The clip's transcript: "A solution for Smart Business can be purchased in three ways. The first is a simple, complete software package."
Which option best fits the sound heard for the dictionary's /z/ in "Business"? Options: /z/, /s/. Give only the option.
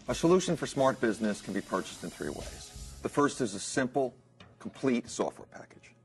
/z/